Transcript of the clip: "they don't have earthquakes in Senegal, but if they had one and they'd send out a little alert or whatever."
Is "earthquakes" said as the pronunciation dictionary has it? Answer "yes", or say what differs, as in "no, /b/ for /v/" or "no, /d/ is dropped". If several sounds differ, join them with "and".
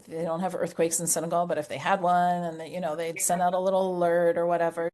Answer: yes